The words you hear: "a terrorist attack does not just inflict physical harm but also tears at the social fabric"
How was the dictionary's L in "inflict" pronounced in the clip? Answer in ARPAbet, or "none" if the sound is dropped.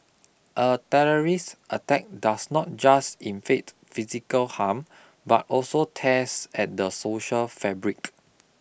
none